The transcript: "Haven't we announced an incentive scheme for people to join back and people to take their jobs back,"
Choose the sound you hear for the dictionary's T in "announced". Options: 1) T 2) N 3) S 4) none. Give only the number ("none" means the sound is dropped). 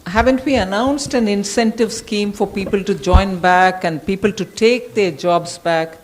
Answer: 1